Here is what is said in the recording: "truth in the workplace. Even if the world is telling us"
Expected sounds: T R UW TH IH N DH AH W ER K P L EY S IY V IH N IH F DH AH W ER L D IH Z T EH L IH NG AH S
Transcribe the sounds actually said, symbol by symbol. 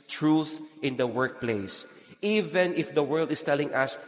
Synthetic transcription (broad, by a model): T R UW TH IH N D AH W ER K P L EY S IY V IH N IH F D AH W ER L D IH S T EH L IH NG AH S